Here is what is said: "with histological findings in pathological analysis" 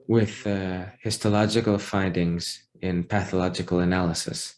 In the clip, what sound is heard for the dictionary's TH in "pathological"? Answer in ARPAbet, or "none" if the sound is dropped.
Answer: TH